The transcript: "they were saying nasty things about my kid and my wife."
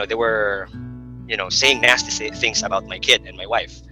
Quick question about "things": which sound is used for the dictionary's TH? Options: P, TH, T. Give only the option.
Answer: TH